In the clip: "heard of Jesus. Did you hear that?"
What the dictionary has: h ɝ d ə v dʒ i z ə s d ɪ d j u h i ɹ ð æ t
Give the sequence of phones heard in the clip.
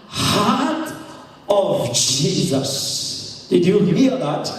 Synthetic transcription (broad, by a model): h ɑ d ə v dʒ i z ə s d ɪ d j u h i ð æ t